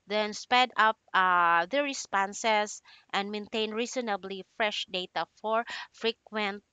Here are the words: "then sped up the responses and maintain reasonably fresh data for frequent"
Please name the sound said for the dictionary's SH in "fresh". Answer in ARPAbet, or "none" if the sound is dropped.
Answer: SH